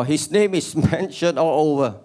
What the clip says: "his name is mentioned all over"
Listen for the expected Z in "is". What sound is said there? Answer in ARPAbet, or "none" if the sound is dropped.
S